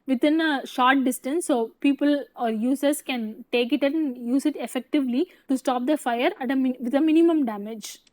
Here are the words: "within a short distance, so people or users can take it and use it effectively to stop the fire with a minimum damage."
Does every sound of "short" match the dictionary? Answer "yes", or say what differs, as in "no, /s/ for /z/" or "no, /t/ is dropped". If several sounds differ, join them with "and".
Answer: yes